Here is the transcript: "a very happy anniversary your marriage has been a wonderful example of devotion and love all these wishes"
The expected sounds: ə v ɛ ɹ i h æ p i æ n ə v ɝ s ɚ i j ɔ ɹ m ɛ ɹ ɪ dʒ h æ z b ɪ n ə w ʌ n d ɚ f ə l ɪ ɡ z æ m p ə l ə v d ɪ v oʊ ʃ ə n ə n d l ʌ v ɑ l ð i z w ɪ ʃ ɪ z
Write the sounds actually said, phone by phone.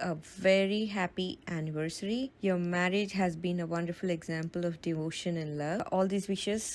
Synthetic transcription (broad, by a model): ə v ɛ ɹ i h æ p i æ n ə v ɝ s ɚ i j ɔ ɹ m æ ɹ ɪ dʒ h æ z b ɪ n ə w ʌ n d ɚ f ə l ɪ ɡ z æ m p ə l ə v d ɪ v oʊ ʃ ə n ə n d l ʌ ɑ l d i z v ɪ ʃ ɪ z